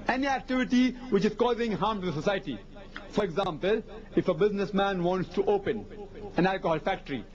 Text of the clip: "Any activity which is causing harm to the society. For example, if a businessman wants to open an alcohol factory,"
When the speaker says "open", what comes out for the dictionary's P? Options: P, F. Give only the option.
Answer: P